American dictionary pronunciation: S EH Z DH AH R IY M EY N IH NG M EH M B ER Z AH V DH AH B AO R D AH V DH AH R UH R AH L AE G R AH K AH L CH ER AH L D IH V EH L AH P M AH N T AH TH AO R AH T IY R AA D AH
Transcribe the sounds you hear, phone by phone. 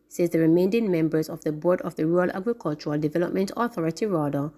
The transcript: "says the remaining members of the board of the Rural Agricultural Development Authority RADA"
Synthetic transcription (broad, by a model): S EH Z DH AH R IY M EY N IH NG M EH M B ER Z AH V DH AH B AO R D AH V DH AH R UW R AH L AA G R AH K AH L CH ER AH L D IH V EH L AH P M AH N T AH TH AO R AH T IY R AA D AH